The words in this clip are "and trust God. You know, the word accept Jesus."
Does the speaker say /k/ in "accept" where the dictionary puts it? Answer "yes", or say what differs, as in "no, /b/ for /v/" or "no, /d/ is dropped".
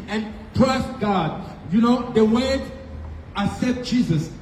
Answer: no, /k/ is dropped